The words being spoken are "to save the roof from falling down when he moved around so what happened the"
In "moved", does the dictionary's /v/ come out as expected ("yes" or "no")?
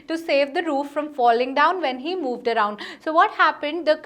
yes